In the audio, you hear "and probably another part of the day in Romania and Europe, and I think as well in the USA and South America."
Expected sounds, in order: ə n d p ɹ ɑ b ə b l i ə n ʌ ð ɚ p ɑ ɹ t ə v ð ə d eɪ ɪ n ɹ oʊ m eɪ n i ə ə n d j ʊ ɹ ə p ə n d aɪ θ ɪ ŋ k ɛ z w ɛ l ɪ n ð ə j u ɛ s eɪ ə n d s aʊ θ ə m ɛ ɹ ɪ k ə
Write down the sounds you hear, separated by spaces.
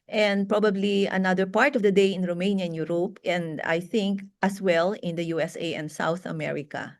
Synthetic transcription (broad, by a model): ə n d p ɹ ɑ b ə b l i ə n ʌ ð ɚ p ɑ ɹ t ə v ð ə d eɪ ɪ n ɹ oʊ m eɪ n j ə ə n j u ɹ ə p ə n d aɪ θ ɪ ŋ k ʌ s w ɛ l ɪ n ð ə j u ɛ s eɪ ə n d s aʊ θ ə m ɛ ɹ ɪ k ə